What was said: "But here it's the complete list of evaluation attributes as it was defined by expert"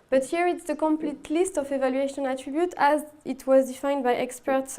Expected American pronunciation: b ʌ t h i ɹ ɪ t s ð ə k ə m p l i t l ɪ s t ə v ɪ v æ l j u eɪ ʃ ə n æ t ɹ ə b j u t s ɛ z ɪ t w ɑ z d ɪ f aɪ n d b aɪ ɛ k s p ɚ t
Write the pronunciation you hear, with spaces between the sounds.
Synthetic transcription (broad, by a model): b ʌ t h i ɹ ɪ t s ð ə k ə m p l i t l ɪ s t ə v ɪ v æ l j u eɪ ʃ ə n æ t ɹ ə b j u t ɛ z ɪ t w ɑ z d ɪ f aɪ n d b aɪ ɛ k s p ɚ t